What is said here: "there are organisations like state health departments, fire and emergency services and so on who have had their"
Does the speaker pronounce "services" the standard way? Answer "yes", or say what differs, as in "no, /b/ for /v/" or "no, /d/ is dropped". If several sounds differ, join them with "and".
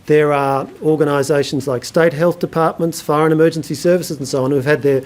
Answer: yes